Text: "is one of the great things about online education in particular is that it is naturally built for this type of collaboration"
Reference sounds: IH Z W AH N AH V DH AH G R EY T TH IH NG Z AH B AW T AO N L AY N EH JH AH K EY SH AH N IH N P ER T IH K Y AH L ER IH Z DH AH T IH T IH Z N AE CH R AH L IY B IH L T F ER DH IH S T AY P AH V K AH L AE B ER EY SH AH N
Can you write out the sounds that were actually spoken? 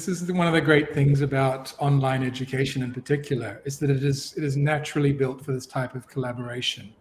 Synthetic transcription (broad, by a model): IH Z W AH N AH V DH AH G R EY T TH IH NG Z AH B AW T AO N L AY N EH JH AH K EY SH AH N IH N P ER T IH K Y L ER IH Z DH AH T IH T IH Z N AE CH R L IY B IH L T F ER DH IH S T AY P AH V K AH L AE B ER EY SH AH N